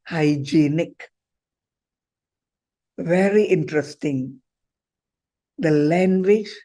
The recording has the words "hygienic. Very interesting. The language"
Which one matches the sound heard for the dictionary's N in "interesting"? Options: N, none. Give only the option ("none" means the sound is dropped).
N